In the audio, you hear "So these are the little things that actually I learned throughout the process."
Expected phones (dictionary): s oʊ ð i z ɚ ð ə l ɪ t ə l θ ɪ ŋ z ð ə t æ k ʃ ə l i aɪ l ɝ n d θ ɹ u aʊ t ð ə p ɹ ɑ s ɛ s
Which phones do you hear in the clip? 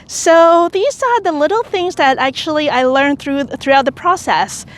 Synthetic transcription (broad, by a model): s oʊ ð i z ɚ ð ə l ɪ t l θ ɪ ŋ z ð ə t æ k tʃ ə l i aɪ l ɝ n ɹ θ ɹ u aʊ t ð ə p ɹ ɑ s ɛ s